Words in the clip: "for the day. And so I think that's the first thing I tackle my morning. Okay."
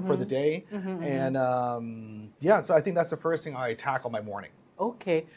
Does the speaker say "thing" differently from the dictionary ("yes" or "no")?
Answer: no